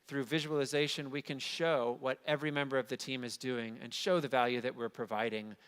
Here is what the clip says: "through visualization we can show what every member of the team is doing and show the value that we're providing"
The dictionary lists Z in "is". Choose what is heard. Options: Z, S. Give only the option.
Z